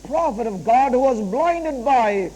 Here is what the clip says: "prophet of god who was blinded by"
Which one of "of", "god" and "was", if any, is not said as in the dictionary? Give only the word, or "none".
none